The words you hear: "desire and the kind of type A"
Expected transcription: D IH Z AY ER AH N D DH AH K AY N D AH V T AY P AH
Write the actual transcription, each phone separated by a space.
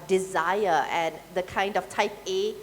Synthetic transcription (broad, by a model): D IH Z AY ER AH N D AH K AY N D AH F T AY P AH